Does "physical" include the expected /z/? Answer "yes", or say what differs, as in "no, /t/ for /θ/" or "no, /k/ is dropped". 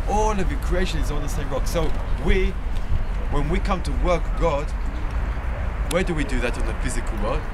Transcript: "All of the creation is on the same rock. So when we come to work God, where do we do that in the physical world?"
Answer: yes